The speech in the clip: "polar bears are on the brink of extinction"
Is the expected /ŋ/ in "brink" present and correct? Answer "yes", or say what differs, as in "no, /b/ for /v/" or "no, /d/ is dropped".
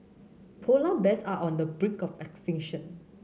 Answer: no, /ŋ/ is dropped